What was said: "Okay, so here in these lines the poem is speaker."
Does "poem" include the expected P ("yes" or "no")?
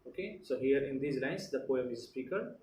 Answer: yes